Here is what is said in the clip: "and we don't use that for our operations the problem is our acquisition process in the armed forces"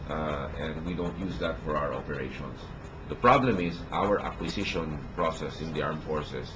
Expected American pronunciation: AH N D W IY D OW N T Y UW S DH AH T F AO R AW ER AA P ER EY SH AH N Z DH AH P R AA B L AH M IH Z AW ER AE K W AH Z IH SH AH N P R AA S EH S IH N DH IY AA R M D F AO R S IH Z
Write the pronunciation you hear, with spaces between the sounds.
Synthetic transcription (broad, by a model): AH N D W IY D OW N T Y UW S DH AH T F AO R AW ER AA P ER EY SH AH N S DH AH P R AA B L AH M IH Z AW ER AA K W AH S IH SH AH N P R AA S EH S IH N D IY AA R M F AO R S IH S